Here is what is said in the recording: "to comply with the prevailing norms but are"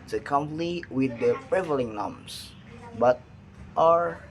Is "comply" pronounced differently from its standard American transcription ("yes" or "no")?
yes